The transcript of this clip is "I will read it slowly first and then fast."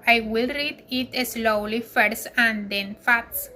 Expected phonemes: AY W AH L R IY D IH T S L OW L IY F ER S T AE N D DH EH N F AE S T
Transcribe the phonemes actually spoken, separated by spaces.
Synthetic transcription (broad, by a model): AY W AH L R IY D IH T S L OW L IY F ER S AE N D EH N F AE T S